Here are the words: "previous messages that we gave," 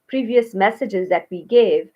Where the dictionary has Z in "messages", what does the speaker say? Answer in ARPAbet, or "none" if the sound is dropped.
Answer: Z